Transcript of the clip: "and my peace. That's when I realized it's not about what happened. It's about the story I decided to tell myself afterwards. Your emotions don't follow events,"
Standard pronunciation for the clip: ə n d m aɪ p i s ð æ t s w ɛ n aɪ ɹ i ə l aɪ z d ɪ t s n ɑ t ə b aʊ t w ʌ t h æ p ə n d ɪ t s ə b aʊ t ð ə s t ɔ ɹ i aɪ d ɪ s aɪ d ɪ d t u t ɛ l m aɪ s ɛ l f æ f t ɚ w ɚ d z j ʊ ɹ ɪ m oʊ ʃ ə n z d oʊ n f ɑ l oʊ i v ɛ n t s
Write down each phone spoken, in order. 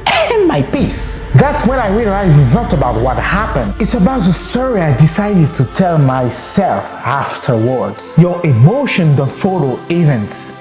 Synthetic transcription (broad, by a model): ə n m aɪ p i s ð æ t s w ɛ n aɪ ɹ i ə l aɪ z ɪ t s n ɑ t ə b aʊ t w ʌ t h æ p ə n d ɪ t s ə b aʊ t ð ə s t ɔ ɹ i aɪ d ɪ s aɪ d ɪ d t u t ɛ l m aɪ s ɛ l f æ f t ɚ w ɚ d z j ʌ ɹ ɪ m oʊ ʃ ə n d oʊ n f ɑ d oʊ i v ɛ n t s